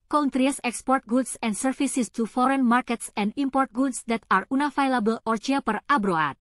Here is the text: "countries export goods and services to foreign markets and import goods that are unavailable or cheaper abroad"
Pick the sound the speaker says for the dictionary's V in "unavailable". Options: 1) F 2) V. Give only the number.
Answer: 1